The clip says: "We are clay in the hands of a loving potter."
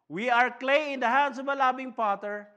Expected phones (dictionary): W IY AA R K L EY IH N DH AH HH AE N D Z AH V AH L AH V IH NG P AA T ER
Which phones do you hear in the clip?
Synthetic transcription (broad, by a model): W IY AA R K L EY IH N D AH HH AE N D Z AH V AH L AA B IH NG P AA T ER